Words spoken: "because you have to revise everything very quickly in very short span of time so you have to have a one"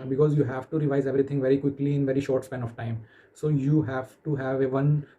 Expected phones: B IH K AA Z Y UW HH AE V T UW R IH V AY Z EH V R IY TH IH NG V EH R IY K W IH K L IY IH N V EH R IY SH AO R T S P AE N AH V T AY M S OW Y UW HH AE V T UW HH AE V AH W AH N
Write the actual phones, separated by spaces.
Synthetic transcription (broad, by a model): B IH K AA Z Y UW HH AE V T UW R IH V AY Z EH V R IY T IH NG V EH R IY K W IH K L IY IH N V EH R IY SH AO R T S P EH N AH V T AY M S OW Y UW HH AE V T UW HH AE V AH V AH N